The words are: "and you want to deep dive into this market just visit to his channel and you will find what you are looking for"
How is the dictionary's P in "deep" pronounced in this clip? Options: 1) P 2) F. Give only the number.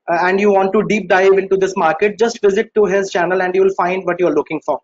1